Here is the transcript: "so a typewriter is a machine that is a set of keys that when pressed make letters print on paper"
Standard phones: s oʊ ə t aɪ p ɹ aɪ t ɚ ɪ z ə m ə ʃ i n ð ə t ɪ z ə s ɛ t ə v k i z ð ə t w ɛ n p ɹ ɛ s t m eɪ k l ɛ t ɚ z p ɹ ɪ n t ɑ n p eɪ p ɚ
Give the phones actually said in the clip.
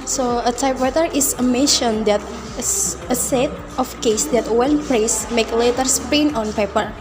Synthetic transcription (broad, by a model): s oʊ ə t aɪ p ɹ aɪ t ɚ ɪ s ə m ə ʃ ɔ n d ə t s ə s ɛ t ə f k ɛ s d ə t w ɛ n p ɹ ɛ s m eɪ k l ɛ t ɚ s p ɛ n ɑ n p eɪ p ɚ